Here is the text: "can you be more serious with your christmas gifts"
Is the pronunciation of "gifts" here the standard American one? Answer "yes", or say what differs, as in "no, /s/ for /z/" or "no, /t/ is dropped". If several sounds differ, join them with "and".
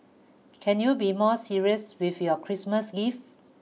no, /s/ is dropped